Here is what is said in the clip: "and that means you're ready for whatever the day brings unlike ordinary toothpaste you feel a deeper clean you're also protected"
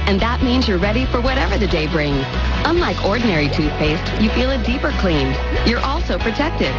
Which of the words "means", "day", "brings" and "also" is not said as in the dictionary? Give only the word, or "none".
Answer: none